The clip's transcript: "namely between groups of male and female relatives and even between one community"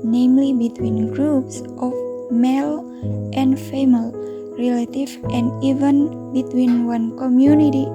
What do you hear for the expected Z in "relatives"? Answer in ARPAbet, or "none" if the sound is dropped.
none